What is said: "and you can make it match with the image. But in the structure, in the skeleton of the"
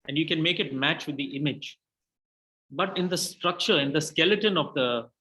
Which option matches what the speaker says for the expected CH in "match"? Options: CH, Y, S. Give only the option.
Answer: CH